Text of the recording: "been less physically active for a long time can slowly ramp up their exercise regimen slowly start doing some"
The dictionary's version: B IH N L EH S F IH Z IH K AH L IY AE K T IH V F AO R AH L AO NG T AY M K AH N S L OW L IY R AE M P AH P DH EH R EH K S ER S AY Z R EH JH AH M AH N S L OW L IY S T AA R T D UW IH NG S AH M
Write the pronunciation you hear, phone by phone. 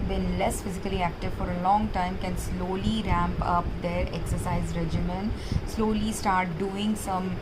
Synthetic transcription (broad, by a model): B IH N L EH S F IH Z IH K AH L IY AE K T IH V F AO R AH L AO NG T AY M K AH N S L OW L IY R AE M P AH P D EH R EH K S ER S AY Z R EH JH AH M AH N S L OW L IY S T AA R T D UW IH NG S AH M